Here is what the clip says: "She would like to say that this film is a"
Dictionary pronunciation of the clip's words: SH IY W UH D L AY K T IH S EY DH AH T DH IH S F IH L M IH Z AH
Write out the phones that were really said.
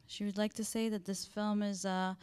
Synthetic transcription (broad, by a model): SH IY W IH D L AY K T IH S EY DH AH T DH IH S F IH L M IH Z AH